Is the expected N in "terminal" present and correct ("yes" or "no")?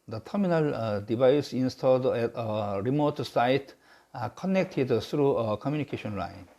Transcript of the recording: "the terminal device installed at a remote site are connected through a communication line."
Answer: yes